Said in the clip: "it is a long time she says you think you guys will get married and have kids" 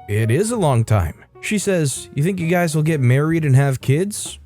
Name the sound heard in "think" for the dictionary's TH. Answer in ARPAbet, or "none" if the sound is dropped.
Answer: TH